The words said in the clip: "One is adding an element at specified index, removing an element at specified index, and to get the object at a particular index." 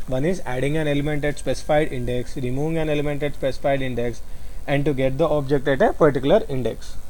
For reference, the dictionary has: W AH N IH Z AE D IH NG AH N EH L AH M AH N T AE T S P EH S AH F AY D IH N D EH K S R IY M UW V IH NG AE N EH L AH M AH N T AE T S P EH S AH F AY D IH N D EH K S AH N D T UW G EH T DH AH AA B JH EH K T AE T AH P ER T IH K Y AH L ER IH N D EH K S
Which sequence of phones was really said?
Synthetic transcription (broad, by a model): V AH N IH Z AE D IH NG AH N EH L AH M AH N T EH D S P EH S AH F AY D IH N D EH K S R IY M UW V IH NG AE N EH L AH M AH N T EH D S P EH S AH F AY D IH N D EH K S AH N D T UW G EH T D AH AA B JH EH K T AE T AH P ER T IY K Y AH L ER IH N D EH K S